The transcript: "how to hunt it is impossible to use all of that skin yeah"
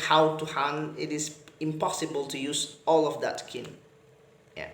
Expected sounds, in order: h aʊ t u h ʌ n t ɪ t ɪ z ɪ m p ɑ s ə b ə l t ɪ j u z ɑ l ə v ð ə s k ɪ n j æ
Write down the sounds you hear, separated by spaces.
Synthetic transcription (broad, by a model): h aʊ t u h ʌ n ɪ t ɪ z ɪ m p ɑ s ə b ə l t ɪ j u z ɑ l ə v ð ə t k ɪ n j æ